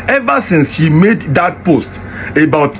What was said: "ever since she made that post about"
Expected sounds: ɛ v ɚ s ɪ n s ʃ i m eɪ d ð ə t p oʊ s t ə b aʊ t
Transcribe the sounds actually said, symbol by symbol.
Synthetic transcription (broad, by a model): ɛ v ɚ s ɪ n s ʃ i m eɪ d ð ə t p oʊ s t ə b aʊ t